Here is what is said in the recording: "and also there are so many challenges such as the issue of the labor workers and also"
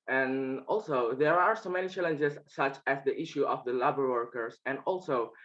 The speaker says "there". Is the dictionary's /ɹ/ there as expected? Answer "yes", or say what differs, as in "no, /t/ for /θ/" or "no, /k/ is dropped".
yes